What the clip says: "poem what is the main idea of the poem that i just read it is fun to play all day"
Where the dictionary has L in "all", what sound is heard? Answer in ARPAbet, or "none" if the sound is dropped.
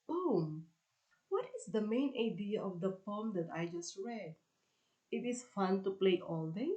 L